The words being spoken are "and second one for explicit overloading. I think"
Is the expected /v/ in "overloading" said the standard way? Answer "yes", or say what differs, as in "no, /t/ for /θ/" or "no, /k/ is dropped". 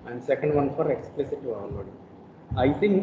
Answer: no, /v/ is dropped